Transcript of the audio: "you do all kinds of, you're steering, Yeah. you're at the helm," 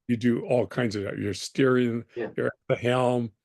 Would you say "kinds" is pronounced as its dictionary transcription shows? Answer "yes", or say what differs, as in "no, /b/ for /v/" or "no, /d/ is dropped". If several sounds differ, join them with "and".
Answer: yes